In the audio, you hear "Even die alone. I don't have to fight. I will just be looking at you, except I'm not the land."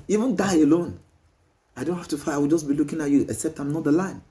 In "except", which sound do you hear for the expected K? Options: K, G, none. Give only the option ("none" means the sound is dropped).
none